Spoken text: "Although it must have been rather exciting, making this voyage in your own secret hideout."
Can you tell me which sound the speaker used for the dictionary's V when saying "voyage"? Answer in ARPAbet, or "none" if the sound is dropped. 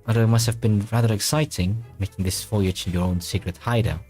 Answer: F